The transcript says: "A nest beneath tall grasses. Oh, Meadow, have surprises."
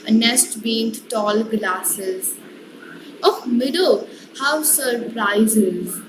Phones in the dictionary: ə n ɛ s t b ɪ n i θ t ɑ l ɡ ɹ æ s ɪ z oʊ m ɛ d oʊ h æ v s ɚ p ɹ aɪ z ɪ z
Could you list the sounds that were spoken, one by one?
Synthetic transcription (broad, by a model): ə n ɛ s t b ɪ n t t ɑ l ɡ l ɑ s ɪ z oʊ m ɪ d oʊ h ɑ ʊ s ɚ p ɹ aɪ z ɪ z